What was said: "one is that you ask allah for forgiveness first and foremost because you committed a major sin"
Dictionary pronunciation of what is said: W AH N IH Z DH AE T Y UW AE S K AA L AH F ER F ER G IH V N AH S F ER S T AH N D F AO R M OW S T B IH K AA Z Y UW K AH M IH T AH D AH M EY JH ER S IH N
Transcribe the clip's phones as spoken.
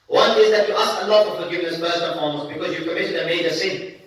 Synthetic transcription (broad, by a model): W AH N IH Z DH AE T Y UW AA S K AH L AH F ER F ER G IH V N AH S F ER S AH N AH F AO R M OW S B IH K AA Z Y UW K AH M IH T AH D AH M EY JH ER S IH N